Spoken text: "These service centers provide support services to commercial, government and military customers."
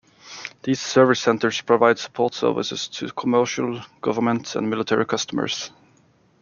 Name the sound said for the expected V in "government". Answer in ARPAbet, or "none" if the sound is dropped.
V